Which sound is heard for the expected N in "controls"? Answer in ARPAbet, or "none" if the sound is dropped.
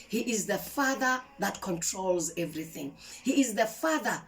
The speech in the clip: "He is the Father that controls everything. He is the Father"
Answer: N